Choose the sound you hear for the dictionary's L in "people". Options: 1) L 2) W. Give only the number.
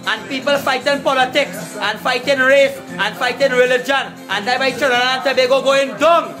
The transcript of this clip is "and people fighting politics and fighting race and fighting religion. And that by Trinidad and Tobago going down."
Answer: 1